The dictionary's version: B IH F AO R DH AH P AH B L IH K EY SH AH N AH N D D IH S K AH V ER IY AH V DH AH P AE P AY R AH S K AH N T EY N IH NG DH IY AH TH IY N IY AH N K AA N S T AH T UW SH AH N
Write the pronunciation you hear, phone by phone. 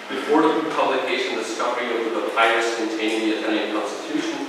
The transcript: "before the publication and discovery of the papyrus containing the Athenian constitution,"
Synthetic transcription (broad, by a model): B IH F AO R DH AH P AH B L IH K EY AH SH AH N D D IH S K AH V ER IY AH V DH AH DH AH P AY AH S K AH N T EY IH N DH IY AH T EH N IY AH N K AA N S T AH T UW SH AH N